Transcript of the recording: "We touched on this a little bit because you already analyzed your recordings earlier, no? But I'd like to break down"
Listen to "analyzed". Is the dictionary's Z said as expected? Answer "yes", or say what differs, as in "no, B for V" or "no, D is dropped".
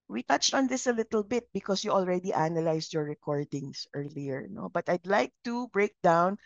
no, S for Z